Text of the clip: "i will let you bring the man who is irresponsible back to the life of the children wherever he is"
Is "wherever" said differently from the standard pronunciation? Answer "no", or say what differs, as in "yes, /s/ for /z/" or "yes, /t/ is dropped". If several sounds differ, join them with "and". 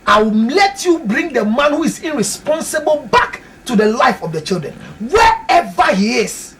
yes, /ɹ/ is dropped